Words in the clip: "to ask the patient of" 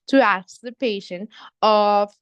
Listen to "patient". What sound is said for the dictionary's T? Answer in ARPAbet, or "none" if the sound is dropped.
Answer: none